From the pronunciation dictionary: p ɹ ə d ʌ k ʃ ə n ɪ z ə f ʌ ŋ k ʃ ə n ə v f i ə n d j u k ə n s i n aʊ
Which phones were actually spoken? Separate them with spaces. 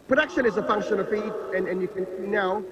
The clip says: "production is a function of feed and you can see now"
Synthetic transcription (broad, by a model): p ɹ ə d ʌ k ʃ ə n ɪ z ə f ʌ ŋ k ʃ ə n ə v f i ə n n j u k ə n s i n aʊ